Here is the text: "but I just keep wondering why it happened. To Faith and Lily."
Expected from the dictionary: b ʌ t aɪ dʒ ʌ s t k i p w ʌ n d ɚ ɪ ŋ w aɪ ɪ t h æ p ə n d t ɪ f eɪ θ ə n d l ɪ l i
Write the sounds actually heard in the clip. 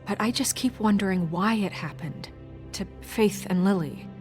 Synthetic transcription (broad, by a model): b ʌ t aɪ dʒ ʌ s k i p w ʌ n d ɚ ɪ ŋ w aɪ ɪ t h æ p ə n t ɪ f eɪ θ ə n l ɪ l i